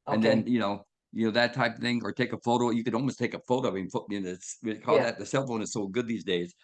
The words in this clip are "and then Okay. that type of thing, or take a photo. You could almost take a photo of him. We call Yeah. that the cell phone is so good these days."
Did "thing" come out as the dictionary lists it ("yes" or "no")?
yes